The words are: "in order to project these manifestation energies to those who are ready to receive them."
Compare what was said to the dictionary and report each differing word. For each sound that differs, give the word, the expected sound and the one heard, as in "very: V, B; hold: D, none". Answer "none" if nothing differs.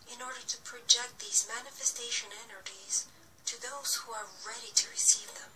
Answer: none